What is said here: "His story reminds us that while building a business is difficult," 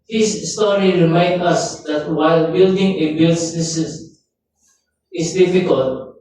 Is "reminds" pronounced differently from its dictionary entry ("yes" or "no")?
yes